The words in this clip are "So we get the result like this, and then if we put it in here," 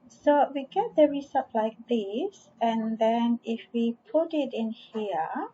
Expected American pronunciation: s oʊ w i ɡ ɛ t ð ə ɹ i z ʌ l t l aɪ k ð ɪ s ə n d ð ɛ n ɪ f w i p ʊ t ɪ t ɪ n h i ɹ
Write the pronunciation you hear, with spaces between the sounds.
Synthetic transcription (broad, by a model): s oʊ w i ɡ ɛ t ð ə ɹ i s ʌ t l aɪ k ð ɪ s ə n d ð ɛ n ɪ f w i p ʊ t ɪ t ɪ n h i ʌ